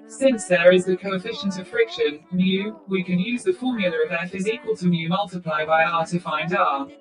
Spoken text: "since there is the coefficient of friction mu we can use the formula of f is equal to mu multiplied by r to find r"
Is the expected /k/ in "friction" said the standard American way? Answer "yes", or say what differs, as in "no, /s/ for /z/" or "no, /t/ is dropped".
yes